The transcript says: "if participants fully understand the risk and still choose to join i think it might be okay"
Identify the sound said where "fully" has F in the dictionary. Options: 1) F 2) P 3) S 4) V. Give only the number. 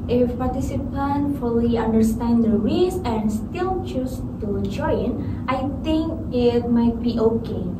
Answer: 1